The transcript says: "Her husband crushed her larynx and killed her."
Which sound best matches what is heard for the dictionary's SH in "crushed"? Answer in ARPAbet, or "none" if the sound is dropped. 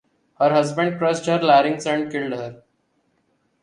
S